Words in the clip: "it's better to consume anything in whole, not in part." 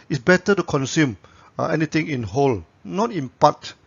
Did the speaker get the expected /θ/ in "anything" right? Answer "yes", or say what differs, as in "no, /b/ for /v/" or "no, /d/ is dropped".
no, /t/ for /θ/